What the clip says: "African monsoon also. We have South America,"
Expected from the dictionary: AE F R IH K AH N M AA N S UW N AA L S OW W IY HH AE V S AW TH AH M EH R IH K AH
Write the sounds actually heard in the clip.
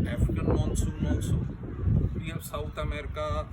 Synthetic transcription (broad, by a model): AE F R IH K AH N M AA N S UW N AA N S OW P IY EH S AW T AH M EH R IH K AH